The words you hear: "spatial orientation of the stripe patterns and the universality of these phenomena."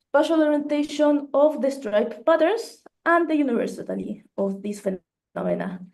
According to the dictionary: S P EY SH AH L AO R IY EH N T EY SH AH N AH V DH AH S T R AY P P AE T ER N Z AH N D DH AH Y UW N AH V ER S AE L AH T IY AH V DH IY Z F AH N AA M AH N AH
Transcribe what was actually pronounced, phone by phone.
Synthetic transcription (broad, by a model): S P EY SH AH L AO R IY EH N T EY SH AH N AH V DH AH S T R AY P B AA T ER N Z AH N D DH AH Y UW N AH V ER S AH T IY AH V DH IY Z F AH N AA M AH N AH